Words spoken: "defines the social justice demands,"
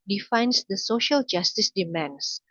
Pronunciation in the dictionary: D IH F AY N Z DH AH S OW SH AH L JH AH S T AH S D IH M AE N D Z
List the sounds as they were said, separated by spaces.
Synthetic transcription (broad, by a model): D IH F AY N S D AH S OW SH AH L JH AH S T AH S D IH M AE N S